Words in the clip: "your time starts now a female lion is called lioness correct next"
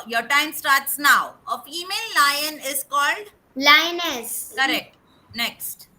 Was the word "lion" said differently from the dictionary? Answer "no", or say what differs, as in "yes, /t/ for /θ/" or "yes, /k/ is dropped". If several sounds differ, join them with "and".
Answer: no